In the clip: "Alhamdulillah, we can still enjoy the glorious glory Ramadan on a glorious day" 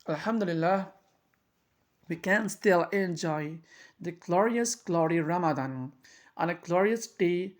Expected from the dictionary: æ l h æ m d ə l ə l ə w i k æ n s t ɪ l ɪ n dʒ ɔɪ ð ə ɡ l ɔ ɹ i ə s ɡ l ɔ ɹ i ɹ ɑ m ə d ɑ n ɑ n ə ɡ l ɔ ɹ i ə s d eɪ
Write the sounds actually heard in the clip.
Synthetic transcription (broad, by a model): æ l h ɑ m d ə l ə l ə w i k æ n s t ɪ l ɪ n dʒ ɔɪ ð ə ɡ l ɔ ɹ i ə s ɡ l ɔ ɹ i ɹ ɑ m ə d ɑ n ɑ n ə ɡ l ɔ ɹ i ə s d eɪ